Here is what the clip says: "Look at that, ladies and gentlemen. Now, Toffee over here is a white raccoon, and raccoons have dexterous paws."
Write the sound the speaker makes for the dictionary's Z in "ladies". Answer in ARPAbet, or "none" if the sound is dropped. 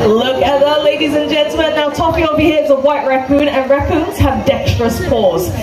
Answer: Z